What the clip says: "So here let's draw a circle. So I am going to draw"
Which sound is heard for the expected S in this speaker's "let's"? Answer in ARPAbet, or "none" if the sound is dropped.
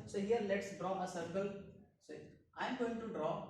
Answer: S